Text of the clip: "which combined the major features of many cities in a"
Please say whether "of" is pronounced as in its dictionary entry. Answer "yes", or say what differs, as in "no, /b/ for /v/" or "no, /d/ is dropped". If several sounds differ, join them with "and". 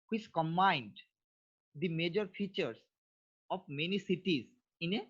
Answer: no, /p/ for /v/